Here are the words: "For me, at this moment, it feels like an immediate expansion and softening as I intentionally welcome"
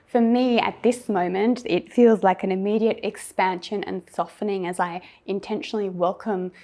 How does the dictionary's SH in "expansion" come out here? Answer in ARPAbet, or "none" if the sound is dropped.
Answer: SH